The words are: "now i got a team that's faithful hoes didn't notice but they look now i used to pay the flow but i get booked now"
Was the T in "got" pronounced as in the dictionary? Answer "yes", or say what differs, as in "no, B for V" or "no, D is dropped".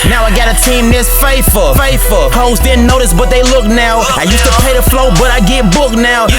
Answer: yes